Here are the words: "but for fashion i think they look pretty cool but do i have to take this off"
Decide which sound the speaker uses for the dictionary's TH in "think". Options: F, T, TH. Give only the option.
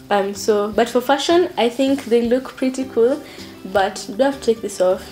TH